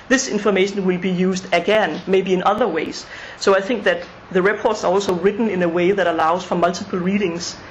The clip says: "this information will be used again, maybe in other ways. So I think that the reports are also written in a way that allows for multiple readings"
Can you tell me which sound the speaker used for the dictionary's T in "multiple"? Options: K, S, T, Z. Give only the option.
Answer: S